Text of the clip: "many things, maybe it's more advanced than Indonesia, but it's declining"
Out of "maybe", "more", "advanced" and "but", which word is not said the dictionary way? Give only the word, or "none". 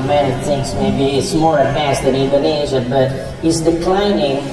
advanced